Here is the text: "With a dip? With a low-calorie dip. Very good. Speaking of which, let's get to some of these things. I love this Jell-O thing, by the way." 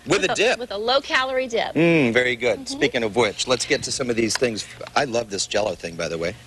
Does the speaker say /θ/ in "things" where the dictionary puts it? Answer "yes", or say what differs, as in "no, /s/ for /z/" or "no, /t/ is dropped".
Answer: yes